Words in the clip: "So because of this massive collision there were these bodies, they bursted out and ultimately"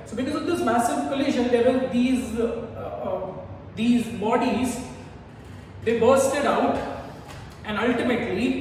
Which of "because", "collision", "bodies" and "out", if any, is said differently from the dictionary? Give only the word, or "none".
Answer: collision